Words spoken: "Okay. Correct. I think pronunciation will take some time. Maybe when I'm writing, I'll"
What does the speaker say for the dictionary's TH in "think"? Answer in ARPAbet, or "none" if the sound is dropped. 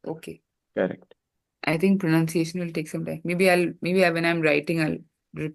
T